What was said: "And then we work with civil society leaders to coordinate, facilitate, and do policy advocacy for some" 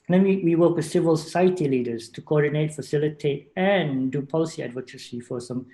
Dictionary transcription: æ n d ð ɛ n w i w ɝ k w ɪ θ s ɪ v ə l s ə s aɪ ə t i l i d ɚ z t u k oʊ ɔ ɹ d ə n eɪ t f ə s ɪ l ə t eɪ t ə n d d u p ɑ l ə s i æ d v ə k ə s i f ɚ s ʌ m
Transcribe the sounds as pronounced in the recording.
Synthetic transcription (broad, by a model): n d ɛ n w i w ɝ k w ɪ s ɪ v ə l s ə s aɪ ə t i l i d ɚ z t u k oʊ ɔ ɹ d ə n eɪ t f ə s ɪ l ə t eɪ t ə n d d u p ɑ l ə s i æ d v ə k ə s i f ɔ s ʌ m